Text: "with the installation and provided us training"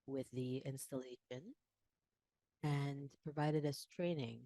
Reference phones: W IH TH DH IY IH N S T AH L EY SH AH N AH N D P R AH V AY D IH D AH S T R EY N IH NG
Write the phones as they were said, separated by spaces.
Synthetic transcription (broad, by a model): W IH DH IY IH N S T AH L EY SH AH N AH N P R AH V AY D IH D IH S T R EY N IH NG